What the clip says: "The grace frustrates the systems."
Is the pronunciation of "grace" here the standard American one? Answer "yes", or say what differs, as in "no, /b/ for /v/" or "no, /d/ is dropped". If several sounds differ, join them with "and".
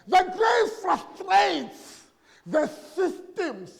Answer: no, /s/ is dropped